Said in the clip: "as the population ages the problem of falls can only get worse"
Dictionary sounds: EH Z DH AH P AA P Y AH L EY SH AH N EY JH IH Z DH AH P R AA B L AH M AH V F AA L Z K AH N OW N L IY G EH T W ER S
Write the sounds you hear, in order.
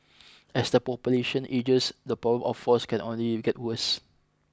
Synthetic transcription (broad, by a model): EH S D AH P AA P Y AH L EY SH AH N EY JH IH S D AH P R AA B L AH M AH F AA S K AH N OW N L IY G EH T W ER S